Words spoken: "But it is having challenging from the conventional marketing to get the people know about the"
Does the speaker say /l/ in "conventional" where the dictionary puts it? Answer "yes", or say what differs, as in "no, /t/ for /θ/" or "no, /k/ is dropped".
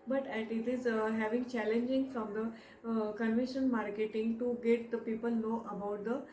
no, /n/ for /l/